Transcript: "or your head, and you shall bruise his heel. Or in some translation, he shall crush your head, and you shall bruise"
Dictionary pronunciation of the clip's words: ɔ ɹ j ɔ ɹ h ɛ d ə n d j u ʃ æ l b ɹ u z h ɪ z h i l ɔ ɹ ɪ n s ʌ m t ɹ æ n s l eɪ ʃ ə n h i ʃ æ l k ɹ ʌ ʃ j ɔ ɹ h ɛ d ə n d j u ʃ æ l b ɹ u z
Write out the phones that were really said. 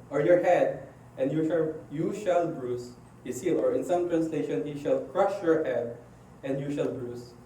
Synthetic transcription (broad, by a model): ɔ ɹ j ɔ ɹ h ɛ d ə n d j u ʃ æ l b ɹ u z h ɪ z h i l ɔ ɹ ɪ n s ʌ m t ɹ æ n s l eɪ ʃ ə n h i ʃ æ l k ɹ ʌ ʃ j ɔ ɹ h ɛ d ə n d j u ʃ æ l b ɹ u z